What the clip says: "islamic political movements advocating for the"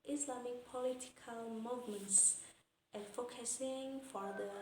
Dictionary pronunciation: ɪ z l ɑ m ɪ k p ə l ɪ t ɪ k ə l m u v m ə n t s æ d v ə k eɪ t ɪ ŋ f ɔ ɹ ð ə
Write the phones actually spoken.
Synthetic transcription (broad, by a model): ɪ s l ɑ m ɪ k p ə l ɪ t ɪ k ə l m u v m ə n t s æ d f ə k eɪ s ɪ ŋ f ɔ ɹ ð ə